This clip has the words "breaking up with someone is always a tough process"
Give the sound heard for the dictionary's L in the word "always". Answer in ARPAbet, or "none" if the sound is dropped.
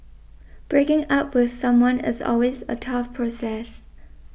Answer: L